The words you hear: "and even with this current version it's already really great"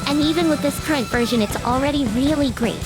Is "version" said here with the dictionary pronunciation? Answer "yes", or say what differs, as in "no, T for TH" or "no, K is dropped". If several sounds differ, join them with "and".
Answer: yes